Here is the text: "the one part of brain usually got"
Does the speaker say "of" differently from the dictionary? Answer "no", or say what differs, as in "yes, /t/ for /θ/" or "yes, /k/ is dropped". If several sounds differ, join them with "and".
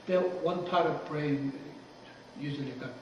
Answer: no